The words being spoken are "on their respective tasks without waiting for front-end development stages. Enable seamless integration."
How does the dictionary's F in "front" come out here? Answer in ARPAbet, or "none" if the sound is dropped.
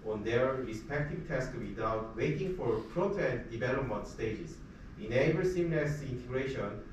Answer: P